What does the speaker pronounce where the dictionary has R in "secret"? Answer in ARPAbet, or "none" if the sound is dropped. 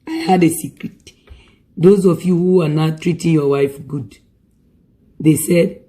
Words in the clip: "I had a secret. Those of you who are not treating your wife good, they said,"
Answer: R